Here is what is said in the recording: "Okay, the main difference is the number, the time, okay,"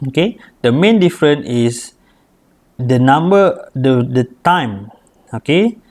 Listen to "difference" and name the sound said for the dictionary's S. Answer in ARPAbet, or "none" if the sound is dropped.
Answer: none